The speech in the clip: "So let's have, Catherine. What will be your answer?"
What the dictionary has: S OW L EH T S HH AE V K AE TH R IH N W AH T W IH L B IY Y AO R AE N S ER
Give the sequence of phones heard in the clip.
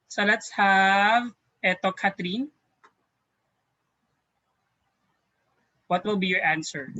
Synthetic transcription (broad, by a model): S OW L EH T S HH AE V K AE T R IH N W AH T W IH L B IY Y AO R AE N S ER